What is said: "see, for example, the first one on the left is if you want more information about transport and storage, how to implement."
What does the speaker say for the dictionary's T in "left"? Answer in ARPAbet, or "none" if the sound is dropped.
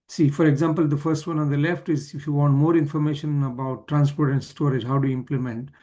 T